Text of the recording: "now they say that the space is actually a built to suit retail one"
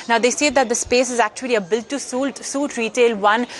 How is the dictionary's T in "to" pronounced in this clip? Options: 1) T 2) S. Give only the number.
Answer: 2